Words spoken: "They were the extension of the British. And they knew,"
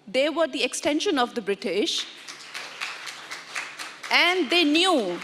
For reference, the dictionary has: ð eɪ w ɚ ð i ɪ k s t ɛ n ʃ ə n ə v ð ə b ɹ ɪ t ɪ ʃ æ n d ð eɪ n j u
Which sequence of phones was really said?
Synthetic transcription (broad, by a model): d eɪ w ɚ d i ɪ k s t ɛ n ʃ ə n ə v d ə b ɹ ɪ t ɪ ʃ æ n d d eɪ n j u